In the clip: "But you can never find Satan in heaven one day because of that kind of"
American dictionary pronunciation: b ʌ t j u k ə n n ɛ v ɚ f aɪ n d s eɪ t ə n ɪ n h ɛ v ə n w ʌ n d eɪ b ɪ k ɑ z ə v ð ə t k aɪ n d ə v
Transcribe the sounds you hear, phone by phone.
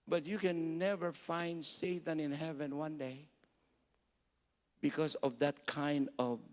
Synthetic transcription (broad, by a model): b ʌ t j u k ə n n ɛ v ɚ f aɪ n d s eɪ t ə n ɪ n h ɛ v ə n w ʌ n d eɪ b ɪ k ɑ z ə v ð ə t k aɪ n d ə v